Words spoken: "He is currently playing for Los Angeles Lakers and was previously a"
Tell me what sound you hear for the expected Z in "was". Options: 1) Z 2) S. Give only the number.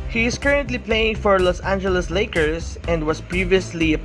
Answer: 2